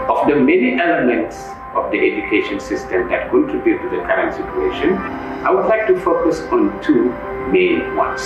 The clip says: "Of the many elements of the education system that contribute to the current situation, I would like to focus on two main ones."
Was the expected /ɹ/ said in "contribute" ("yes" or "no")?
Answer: no